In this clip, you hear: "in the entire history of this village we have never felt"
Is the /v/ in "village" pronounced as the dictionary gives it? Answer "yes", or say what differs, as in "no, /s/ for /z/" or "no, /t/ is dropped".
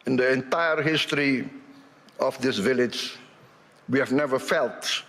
yes